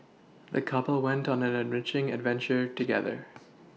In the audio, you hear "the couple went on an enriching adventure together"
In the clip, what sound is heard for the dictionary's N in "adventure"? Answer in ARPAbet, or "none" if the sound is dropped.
N